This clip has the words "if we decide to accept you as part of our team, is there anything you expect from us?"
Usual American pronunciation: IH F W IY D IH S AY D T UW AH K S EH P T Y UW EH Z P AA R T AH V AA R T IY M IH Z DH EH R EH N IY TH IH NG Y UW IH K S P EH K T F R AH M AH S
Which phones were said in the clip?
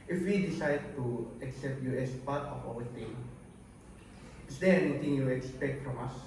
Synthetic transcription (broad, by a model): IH F W IY D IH S AY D T UW AH K S EH P T Y UW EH S P AA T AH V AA W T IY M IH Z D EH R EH N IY T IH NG Y UW IH K S P EH K T F R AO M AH S